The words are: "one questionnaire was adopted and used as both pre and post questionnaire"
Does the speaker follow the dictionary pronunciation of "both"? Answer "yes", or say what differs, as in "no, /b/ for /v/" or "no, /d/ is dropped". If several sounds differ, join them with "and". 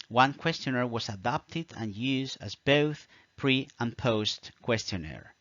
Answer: yes